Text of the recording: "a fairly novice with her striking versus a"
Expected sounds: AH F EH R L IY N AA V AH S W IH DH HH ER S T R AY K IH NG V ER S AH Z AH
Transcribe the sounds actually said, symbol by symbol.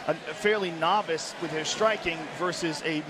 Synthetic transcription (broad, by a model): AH F EH R L IY N AA V AH S W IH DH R S T R AY K IH NG V ER S AH Z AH